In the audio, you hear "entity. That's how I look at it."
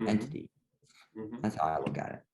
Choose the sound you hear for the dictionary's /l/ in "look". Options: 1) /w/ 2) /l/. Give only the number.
1